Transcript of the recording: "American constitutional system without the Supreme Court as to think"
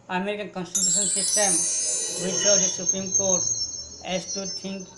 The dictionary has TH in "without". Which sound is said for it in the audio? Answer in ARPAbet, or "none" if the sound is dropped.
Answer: S